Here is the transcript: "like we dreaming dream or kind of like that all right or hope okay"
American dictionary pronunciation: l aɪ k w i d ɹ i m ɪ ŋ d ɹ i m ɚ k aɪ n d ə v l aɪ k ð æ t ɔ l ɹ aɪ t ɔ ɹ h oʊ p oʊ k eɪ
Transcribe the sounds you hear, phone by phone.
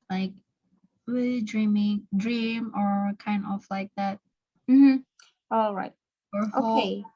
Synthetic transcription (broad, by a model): l aɪ k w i d ɹ i m ɪ ŋ d ɹ i m ɚ k aɪ n d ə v l aɪ k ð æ t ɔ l ɹ aɪ t ɔ ɹ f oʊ oʊ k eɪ